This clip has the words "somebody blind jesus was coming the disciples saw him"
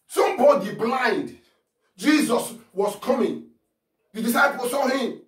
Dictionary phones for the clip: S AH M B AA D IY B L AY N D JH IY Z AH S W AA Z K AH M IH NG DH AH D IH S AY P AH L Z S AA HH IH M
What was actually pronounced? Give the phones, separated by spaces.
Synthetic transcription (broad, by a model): S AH M B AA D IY B L AY N D JH IY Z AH S W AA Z K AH M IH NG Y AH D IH S AY P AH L S AA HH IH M